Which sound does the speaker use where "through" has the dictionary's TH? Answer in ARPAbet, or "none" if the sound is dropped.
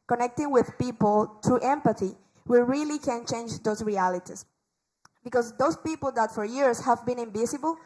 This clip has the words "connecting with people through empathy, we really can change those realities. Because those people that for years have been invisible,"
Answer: T